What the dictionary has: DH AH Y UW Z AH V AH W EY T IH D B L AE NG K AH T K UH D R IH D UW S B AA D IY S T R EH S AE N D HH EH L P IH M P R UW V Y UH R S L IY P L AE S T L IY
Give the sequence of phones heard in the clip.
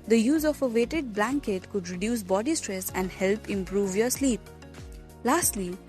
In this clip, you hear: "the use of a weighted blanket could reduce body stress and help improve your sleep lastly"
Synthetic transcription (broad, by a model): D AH Y UW Z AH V AH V EY T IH D B L AE NG K AH T K UH D R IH D UW S B AA D IY S T R EH S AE N D HH EH L P IH M P R UW V Y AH R S L IY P L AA S T L IY